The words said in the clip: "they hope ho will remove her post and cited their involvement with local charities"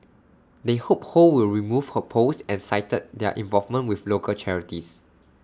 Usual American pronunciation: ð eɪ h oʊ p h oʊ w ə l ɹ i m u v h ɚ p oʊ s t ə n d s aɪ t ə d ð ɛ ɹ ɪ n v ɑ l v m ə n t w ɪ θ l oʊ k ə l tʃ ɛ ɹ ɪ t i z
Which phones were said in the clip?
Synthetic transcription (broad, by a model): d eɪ h oʊ p h oʊ w ə l ɹ i m u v h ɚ p oʊ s ə n s aɪ t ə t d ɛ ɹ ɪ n v ɑ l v m ə n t w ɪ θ l oʊ k ə l tʃ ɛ ɹ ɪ t i s